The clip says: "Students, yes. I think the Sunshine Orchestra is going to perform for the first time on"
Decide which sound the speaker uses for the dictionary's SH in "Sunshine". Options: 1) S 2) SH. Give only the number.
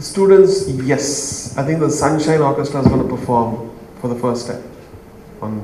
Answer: 2